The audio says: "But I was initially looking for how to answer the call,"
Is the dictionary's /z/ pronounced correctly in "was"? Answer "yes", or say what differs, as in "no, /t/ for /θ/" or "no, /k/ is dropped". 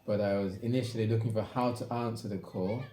yes